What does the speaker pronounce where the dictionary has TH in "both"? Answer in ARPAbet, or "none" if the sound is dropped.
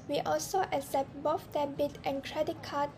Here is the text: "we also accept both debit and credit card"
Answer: F